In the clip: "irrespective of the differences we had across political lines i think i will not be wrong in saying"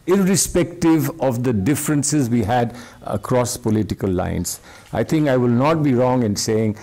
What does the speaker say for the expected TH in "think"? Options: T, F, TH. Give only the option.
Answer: T